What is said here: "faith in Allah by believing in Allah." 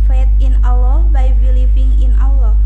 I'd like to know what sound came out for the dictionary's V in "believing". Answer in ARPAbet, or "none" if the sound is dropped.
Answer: P